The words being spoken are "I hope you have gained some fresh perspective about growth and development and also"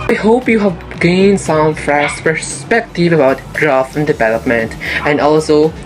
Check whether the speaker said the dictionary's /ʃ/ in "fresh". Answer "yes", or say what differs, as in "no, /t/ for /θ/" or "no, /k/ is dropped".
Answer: no, /s/ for /ʃ/